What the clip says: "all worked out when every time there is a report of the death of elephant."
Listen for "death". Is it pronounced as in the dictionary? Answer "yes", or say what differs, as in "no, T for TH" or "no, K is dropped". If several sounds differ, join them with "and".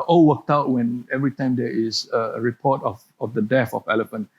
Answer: no, F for TH